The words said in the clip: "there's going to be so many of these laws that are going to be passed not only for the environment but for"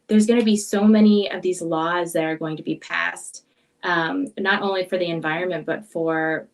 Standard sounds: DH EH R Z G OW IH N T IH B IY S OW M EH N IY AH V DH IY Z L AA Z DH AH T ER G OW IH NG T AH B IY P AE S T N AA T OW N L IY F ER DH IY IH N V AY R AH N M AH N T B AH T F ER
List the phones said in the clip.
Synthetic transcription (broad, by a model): DH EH R Z G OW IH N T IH B IY S OW M EH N IY AH V DH IY Z L AA Z DH AH T ER G OW IH NG T AH B IY P AE S T N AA T OW N L IY F ER DH IY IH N V AY R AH N M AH N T B AH T F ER